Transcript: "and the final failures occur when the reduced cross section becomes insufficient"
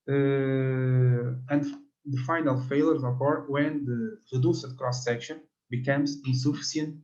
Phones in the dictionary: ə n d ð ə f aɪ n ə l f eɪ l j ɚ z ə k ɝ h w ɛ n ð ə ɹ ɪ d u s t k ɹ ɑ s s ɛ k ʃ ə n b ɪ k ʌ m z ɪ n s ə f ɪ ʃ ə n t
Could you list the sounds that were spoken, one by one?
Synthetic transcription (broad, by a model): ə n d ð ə f aɪ n ə l f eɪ l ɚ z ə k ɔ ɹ w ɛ n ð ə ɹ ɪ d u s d k ɹ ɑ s s ɛ k ʃ ə n b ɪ k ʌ m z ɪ n s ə f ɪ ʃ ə n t